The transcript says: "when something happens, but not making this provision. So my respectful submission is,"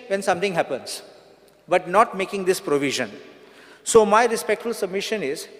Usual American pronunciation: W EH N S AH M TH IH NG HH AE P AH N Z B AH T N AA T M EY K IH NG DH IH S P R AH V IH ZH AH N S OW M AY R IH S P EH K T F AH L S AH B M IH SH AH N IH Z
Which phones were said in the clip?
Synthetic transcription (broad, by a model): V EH N S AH M T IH NG HH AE P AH N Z B AH T N AA T M EY K IH NG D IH S P R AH V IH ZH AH N S OW M AY R IH S P EH K T F AH L S AH B M IH SH AH N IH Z